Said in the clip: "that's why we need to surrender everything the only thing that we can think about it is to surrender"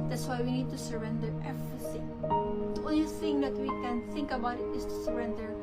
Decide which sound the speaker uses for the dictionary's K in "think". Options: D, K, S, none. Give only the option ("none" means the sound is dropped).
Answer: K